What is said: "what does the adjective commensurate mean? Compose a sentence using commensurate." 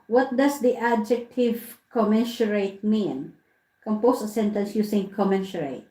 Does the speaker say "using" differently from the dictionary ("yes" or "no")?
yes